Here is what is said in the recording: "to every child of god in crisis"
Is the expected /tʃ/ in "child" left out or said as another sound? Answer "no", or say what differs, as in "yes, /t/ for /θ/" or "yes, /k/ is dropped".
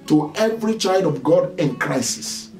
no